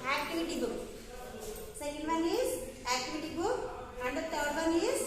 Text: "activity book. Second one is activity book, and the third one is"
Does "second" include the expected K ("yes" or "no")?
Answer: no